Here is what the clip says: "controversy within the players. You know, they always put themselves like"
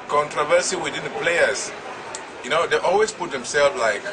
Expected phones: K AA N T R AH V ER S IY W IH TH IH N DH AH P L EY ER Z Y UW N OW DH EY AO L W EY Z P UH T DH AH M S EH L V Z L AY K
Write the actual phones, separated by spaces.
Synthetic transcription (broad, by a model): K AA N T R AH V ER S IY W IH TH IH N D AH P L EY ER S Y UW N OW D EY AO L W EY S P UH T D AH M S EH L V L AY K